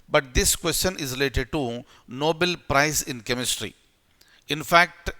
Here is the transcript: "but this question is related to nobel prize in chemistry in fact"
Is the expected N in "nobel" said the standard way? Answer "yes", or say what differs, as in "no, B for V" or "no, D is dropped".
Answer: yes